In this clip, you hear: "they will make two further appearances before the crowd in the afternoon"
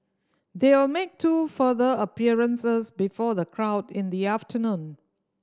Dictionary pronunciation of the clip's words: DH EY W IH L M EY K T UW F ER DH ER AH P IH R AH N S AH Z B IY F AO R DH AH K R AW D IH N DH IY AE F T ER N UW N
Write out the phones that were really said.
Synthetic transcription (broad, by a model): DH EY W IH L M EY K T UW F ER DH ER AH P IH R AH N S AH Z B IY F AO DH AH K R AW D IH N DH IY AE F T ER N UW N